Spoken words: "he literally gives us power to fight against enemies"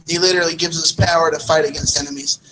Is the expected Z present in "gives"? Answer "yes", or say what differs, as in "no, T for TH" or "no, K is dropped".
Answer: yes